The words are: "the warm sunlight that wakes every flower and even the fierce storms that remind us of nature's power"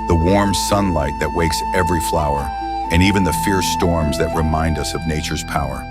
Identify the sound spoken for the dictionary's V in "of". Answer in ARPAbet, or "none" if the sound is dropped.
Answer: V